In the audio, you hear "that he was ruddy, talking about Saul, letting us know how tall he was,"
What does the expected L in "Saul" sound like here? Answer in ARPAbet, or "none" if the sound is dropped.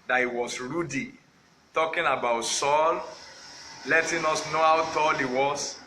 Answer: L